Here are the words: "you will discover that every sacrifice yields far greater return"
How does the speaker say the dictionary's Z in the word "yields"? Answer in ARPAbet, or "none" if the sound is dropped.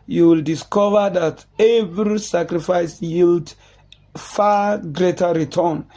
none